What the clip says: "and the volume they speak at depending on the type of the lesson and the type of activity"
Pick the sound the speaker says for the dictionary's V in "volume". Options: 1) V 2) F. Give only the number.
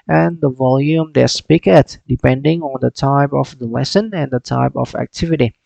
1